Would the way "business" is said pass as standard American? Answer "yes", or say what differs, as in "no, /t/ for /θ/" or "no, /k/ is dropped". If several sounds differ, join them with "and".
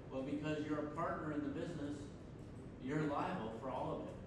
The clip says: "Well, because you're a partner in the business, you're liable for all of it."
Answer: yes